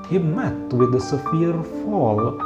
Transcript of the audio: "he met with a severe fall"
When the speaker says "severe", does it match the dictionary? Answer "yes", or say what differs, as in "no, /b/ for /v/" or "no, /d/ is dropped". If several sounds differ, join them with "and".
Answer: no, /f/ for /v/